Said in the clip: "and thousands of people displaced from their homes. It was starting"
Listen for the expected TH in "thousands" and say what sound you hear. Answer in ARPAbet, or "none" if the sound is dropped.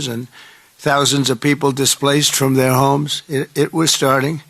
TH